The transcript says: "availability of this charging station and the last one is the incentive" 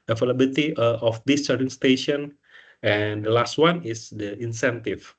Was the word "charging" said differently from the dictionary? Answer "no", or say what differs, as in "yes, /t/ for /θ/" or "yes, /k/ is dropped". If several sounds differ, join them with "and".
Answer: yes, /dʒ/ is dropped